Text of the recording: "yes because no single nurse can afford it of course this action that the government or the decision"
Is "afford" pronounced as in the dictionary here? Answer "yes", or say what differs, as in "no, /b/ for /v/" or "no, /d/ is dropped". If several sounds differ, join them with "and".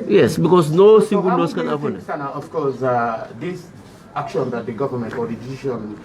no, /p/ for /f/